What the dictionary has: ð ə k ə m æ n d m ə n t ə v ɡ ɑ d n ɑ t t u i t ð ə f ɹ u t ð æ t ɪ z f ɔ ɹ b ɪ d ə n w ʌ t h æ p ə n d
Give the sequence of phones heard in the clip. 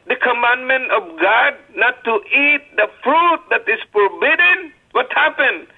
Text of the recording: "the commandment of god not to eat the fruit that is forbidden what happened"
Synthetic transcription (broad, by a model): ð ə k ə m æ n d m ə n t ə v ɡ ɑ d n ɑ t t u i t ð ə f ɹ u t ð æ t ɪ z f ɔ ɹ b ɪ d ə n w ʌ t h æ p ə n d